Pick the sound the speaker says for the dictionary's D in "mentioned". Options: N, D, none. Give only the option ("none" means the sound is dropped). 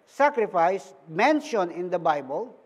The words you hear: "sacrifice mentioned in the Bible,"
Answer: none